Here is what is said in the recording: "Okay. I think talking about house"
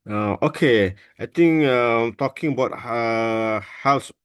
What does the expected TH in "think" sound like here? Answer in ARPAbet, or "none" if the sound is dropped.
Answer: T